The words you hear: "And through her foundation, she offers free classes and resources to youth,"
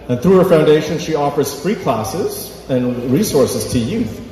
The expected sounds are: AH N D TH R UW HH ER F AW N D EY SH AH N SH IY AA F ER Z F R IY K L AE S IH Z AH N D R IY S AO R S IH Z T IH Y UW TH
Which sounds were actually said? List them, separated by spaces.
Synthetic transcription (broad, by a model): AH N TH R UW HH ER F AW N D EY SH AH N SH IY AA F ER Z F R IY K L AE S IH Z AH N R IY S AO R S IH Z T IH Y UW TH